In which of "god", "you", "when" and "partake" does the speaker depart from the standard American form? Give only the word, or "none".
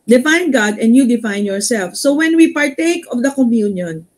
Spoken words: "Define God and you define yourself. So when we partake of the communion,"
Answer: none